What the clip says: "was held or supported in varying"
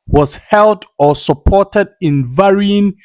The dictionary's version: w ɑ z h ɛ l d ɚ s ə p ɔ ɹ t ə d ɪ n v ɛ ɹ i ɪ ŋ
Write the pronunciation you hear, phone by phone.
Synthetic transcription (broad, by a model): w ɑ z h ɛ l d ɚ s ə p ɔ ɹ t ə d ɪ n v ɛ ɹ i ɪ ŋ